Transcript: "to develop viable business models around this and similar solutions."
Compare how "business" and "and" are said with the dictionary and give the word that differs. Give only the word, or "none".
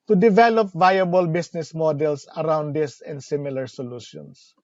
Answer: business